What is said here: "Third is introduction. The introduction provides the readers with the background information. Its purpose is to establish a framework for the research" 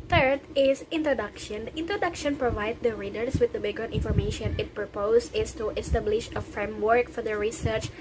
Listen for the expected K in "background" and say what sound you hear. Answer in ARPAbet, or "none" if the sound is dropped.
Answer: none